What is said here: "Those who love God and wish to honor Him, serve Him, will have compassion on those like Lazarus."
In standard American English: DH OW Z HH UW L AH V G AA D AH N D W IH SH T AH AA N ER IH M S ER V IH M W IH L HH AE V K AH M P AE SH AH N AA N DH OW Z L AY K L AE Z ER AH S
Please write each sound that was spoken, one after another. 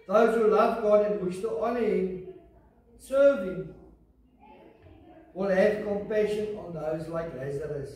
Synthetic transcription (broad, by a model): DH OW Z HH UW L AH V G AA D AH N W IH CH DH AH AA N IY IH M S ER V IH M W IH L HH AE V K AH M P AE SH AH N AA N DH OW Z L AY K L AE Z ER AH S